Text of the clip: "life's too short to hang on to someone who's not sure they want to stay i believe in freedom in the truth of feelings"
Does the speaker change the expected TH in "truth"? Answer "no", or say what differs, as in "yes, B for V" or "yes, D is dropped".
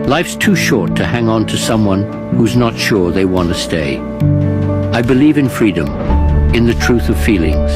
no